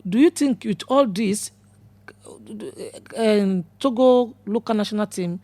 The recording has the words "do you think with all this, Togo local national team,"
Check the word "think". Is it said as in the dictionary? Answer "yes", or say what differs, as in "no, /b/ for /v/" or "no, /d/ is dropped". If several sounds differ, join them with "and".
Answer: no, /t/ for /θ/